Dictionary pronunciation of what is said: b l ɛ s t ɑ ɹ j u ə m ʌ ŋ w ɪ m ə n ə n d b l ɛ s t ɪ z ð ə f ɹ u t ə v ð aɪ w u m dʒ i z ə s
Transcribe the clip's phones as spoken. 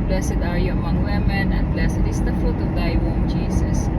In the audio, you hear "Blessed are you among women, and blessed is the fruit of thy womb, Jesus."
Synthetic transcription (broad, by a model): b l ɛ s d ɑ ɹ j u ə m ʌ ŋ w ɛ m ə n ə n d b l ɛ s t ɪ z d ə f u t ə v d aɪ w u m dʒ i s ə s